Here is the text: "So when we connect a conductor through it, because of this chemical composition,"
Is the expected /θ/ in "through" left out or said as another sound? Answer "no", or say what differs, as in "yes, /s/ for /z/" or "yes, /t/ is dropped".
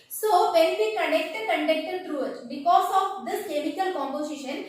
yes, /t/ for /θ/